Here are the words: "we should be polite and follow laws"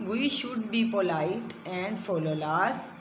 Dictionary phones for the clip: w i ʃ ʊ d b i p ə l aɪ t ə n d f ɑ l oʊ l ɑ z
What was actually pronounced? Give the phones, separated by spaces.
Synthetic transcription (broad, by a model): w i ʃ ʊ d b i p ə l aɪ t ə n d f ɑ l oʊ l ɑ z